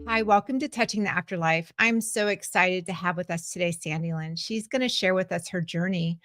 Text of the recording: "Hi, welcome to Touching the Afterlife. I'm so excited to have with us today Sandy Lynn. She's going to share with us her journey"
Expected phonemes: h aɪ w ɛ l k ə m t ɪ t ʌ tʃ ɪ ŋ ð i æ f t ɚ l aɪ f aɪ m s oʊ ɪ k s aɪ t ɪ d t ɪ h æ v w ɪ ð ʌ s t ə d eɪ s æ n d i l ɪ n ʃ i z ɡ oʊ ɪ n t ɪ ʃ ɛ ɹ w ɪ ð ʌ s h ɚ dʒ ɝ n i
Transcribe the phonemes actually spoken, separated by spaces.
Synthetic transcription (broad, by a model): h aɪ w ɛ l k ə m t ɪ t ʌ tʃ ɪ ŋ ð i æ f t ɚ l aɪ f aɪ m s oʊ ɪ k s aɪ t ɪ d t ɪ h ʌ v w ɪ ð ʌ s t ə d eɪ s æ n d i l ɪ n ʃ i z ɡ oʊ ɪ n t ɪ ʃ ɛ ɹ w ɪ ð ʌ s h ɚ dʒ ɝ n i